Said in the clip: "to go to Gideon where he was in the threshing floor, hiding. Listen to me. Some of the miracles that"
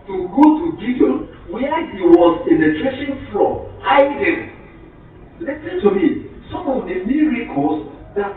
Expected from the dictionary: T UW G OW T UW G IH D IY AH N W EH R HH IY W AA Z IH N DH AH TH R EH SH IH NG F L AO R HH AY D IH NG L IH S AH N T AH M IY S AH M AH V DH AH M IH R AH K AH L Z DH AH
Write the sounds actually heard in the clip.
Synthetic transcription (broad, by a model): T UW G OW T UW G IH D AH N W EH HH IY W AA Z IH N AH T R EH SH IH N F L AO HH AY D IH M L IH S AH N T AH M IY S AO M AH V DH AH M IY R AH K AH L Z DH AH